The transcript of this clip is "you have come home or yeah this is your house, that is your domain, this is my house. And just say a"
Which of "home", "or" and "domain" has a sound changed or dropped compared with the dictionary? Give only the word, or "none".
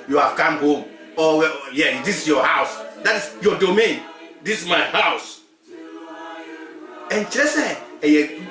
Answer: or